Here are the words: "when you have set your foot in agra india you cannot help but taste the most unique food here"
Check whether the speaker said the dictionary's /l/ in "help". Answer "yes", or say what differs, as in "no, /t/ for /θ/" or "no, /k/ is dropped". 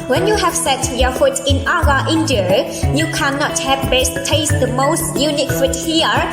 no, /l/ is dropped